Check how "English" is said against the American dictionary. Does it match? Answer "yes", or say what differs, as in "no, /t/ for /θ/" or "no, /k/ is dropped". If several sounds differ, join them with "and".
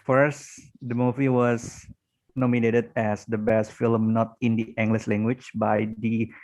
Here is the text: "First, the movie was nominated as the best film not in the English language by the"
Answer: no, /s/ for /ʃ/